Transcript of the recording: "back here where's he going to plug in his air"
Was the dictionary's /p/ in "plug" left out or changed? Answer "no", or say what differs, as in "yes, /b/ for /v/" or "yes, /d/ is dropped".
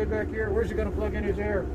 yes, /f/ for /p/